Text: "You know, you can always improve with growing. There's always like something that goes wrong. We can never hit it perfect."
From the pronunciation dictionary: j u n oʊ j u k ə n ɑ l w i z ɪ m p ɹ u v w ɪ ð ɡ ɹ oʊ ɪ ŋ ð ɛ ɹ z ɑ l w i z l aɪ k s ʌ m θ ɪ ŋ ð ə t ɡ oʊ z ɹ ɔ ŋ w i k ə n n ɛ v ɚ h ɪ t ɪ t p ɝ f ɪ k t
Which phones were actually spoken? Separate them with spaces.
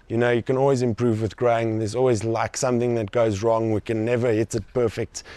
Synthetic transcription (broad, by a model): j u n oʊ j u k ə n ɑ l w i z ɪ m p ɹ u v w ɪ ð ɡ ɹ oʊ ɪ ŋ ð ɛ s ɑ l w i z l aɪ k s ʌ m θ ɪ ŋ ð ə t ɡ oʊ z ɹ ɔ ŋ w i k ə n n ɛ v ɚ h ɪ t ɪ t p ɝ f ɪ k t